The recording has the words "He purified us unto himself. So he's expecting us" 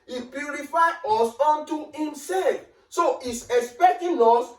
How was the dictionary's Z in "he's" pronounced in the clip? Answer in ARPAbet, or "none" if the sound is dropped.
S